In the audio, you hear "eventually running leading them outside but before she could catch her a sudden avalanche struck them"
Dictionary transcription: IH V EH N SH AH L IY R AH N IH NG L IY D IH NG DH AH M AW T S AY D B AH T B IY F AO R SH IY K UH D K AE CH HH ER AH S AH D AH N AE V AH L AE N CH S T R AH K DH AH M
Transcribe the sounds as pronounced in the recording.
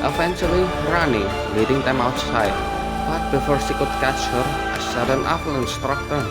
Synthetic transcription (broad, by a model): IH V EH N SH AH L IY R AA N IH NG L IY D IH NG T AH M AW T S AY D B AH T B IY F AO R S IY K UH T K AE CH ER AH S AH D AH N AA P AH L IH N S T R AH K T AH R